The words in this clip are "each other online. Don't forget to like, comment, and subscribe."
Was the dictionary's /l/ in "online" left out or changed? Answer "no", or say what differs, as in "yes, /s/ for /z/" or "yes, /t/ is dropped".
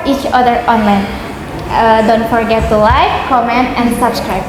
no